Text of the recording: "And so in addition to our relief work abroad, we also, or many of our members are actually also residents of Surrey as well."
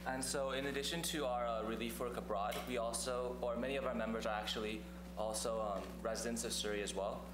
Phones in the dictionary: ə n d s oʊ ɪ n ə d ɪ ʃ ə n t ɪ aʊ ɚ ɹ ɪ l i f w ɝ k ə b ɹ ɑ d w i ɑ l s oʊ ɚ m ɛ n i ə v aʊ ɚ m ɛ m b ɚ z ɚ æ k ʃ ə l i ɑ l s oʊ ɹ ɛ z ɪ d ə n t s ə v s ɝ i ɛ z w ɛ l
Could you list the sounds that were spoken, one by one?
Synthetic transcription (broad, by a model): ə n s oʊ ɪ n ə d ɪ ʃ ə n t ɪ aʊ ɚ ɹ ɪ l i f w ɝ k ə b ɹ ɑ d w i ɑ l s oʊ ɚ m ɛ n i ə v aʊ ɚ m ɛ m b ɚ z ɚ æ k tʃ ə l i ɑ l s oʊ ɹ ɛ z ɪ d ə n t s ə v s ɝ i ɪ z w ɛ l